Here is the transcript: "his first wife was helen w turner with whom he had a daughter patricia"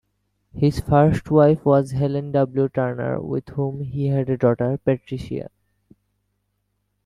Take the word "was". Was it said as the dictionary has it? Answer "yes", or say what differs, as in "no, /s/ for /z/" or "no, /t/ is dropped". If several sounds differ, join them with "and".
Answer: yes